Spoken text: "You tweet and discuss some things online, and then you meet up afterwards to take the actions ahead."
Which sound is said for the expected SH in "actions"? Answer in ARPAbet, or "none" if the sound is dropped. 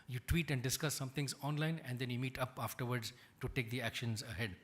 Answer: SH